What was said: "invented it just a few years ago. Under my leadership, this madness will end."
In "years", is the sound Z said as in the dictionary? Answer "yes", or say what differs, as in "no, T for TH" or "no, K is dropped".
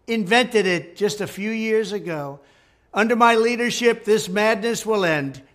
yes